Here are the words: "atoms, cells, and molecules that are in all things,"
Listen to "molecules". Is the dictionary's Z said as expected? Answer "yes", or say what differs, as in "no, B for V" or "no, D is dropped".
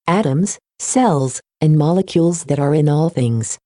yes